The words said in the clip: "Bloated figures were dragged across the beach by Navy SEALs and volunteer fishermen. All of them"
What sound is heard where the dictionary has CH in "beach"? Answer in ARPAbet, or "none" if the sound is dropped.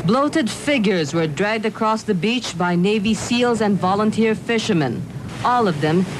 CH